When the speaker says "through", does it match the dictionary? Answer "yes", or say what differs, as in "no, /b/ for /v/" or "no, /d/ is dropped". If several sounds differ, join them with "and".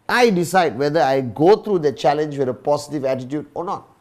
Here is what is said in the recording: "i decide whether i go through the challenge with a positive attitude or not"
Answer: no, /t/ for /θ/